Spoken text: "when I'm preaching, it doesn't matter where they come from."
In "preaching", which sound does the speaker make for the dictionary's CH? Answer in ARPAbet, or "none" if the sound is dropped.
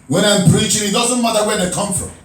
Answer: CH